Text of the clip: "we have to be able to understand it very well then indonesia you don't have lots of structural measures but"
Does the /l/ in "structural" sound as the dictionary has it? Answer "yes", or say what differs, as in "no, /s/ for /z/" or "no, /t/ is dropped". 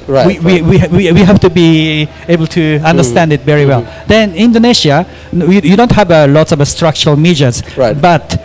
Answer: yes